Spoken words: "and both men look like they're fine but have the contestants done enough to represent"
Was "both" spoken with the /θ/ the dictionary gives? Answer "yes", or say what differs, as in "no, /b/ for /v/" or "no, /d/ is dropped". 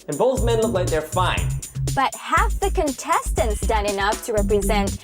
yes